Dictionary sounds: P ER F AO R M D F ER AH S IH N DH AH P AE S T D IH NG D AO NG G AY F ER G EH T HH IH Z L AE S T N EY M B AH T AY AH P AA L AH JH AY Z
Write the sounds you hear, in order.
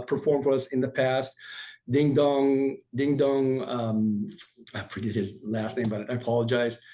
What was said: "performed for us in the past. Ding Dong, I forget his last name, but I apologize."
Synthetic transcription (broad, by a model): P ER F AO R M F ER AH S IH N DH AH P AE S T D IH NG D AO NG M AY F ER G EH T HH IH Z L AE S T N EY M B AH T AY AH P AA L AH JH AY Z